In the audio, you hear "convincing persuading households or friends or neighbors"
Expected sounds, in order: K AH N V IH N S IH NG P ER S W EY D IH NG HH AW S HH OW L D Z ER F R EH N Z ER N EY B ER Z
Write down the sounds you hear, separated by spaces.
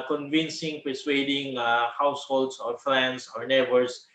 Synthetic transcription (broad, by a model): K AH N V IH N S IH NG P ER S W EY D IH NG HH AW S HH OW L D S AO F L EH N S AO N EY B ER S